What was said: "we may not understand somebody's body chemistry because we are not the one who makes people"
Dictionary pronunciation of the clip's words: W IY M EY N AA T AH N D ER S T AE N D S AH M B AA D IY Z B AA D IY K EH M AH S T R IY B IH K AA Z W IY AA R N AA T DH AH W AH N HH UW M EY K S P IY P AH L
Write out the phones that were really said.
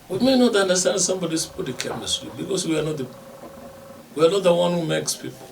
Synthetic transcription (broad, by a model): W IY M EY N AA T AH N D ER S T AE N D S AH M B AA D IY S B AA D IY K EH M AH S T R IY B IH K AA S W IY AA W N AA T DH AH W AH N HH UW M EY K S P IY P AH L